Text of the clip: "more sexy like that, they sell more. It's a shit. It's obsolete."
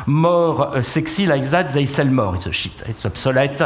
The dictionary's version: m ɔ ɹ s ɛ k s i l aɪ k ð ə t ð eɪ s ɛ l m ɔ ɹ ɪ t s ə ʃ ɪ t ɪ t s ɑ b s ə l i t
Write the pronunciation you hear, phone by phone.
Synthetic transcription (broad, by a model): m ɔ ɹ s ɛ k s i l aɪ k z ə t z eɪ s ɛ l m ɔ ɹ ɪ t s ə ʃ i t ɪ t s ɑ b s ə l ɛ t